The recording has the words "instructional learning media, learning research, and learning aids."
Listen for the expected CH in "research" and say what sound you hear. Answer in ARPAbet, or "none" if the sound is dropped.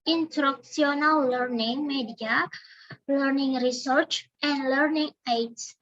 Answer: CH